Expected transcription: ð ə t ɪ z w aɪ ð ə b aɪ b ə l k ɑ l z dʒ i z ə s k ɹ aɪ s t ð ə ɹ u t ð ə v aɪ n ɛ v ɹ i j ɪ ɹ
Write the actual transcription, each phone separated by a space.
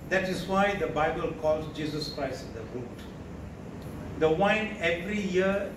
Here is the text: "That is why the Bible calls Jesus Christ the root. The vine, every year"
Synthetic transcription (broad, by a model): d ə t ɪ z w aɪ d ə b aɪ b ə l k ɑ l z dʒ i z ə s k ɹ aɪ s t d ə ɹ u t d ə w aɪ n ɛ v ɹ i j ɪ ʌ